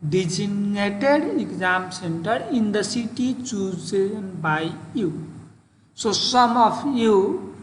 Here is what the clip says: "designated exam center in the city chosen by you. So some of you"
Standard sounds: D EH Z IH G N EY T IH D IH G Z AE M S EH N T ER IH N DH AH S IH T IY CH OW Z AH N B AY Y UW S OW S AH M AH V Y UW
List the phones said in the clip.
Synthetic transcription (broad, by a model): D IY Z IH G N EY T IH D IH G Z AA M S EH N T ER IH N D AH S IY T IY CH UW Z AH N B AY Y UW S OW S AH M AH P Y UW